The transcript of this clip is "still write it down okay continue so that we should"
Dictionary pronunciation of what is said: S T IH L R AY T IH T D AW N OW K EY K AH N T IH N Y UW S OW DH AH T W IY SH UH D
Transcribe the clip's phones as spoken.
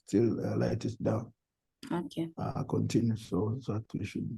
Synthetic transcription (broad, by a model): S T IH L L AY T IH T D AW N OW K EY K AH N T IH N Y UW S OW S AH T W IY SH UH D